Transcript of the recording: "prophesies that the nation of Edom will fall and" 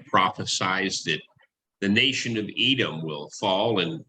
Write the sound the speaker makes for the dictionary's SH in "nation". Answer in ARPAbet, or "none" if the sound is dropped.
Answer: SH